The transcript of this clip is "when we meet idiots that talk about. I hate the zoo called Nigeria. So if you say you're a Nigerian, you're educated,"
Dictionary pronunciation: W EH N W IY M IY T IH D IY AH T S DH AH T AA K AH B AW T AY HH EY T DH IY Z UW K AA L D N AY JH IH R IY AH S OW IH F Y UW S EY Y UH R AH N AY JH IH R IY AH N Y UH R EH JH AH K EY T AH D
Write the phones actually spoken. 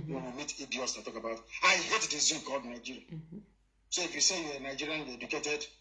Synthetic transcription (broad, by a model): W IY W IY M IY T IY D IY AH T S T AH T AA K AH B AW T AY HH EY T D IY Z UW K AA L D N AY JH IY R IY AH S OW IH F Y UW S EY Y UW W AH N AY JH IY R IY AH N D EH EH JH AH K EY T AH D